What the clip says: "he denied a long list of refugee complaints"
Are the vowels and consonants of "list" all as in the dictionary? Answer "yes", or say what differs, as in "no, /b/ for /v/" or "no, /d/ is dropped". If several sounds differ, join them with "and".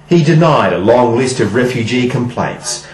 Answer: yes